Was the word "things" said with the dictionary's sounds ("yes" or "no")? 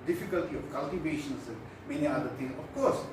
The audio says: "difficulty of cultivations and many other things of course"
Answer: no